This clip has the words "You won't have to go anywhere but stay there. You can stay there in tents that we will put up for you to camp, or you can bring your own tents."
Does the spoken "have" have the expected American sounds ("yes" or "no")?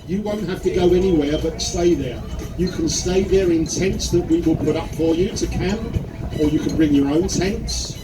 no